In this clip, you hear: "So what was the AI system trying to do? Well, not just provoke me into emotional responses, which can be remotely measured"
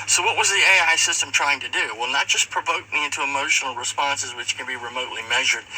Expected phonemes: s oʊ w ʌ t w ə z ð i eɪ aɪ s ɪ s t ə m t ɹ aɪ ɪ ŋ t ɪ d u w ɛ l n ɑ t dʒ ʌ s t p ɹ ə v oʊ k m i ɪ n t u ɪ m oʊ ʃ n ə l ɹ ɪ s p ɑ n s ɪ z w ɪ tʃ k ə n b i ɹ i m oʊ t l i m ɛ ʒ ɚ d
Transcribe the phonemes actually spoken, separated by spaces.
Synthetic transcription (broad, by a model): s oʊ w ʌ t w ə z ð i eɪ aɪ s ɪ s t ə m t ɹ aɪ ɪ ŋ t ɪ d u w ɛ l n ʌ t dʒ ʌ s p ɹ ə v oʊ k m i ɪ n t u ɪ m oʊ ʃ n l ɹ ɪ s p ɑ n s ɪ z w ɪ tʃ k ə n b i ɹ i m oʊ t l i m ɛ ʒ ɚ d